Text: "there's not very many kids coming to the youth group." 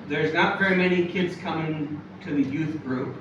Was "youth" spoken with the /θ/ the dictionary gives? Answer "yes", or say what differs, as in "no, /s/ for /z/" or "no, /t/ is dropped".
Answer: yes